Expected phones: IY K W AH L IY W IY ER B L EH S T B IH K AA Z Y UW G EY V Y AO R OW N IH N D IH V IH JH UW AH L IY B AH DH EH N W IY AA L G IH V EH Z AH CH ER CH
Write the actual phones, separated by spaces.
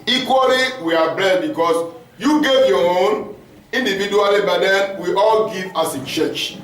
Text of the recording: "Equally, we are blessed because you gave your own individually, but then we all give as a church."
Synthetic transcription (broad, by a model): IY K W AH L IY W IY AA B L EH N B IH K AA S Y UW G EY V Y AO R OW N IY N D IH V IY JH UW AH L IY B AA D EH N W IY AA L G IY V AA S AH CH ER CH